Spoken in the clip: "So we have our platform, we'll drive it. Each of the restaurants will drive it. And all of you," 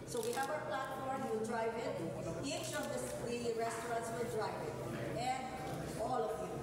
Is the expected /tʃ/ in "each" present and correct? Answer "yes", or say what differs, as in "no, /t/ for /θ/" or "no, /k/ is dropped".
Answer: no, /ʃ/ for /tʃ/